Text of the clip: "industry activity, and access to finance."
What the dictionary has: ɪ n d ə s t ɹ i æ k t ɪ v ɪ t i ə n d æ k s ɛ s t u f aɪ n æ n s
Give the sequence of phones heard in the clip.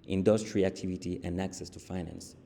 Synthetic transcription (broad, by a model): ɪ n d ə s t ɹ i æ k t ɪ v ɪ t i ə n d æ k s ɛ s t u f aɪ n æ n s